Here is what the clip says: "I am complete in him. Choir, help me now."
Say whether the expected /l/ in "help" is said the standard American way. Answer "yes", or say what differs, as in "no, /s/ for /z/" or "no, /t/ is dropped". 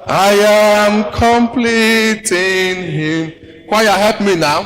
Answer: no, /l/ is dropped